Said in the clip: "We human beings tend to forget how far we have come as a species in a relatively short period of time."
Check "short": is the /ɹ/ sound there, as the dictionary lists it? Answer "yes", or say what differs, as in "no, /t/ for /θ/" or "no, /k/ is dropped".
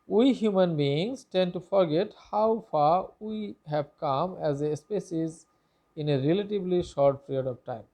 yes